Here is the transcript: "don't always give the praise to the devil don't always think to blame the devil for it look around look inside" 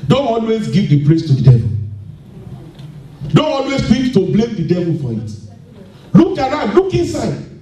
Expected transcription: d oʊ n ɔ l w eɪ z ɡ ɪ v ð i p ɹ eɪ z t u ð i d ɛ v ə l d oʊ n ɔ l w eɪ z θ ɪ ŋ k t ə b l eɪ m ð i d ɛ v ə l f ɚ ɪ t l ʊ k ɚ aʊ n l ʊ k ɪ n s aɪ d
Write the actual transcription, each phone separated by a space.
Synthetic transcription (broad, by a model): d oʊ n ɔ l w eɪ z ɡ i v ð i p l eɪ s t u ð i d ɛ v ə l d oʊ n ɔ l w eɪ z f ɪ k t ə b l eɪ m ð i d ɛ v ə l f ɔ ɪ t l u k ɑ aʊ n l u k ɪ n s aɪ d